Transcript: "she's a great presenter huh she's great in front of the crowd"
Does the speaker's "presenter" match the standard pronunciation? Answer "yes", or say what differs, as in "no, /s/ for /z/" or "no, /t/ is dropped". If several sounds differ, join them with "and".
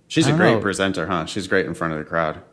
yes